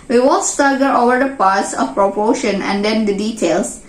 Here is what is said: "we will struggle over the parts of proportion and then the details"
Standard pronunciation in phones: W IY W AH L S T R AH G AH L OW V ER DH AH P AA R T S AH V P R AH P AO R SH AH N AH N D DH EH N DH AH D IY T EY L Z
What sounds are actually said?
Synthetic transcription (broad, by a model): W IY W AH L S T AH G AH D OW V ER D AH P AA R T S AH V P R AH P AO SH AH N AH N D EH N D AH D IY T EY L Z